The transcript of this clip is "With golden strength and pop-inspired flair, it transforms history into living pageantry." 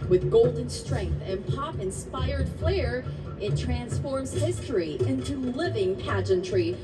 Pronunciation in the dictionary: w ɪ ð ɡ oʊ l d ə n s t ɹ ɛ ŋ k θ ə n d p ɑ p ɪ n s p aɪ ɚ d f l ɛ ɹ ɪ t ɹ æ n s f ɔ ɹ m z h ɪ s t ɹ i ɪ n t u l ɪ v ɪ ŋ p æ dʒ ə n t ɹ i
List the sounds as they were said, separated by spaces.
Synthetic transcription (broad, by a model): w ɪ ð ɡ oʊ l d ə n s t ɹ ɛ ŋ k θ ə n p ɑ p ɪ n s p aɪ ɚ d f l ɛ ɹ ɪ t ɹ æ n s f ɔ ɹ m z h ɪ s t ɹ i ɪ n t u l ɪ v ɪ ŋ p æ dʒ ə n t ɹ i